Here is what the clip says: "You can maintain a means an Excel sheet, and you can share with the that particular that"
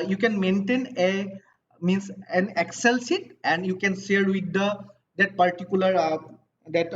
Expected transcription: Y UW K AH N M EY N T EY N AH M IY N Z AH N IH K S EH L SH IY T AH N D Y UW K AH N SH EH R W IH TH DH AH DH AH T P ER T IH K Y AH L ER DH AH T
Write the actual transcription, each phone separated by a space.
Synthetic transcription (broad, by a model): Y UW K AH N M EY N T EY N AH M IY N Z AH N IH K S EH L S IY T AH N D Y UW K AH N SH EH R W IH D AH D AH T P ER T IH K Y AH L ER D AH T